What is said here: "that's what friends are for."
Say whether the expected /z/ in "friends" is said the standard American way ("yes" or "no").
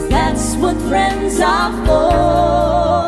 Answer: yes